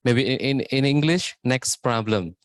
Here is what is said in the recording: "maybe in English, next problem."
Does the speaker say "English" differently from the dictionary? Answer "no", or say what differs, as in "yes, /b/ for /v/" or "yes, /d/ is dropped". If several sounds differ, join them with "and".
no